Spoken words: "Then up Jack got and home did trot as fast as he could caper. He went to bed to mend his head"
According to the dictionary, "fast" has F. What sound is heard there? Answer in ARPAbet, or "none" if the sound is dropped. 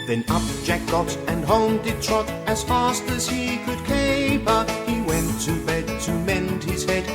F